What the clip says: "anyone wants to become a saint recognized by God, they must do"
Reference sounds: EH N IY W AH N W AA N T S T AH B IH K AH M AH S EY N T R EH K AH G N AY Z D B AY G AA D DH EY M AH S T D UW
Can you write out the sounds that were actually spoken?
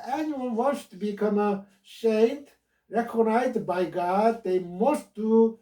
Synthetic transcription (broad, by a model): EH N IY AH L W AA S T B IH K AH M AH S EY T R EH K AH G N AY Z D B AY G AA D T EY M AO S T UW